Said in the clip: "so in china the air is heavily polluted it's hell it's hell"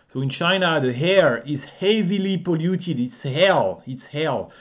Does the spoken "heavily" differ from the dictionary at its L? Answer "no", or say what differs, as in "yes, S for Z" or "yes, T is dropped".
no